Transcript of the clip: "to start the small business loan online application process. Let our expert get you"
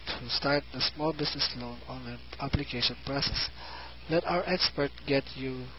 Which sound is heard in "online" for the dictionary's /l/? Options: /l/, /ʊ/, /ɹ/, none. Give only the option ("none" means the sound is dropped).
none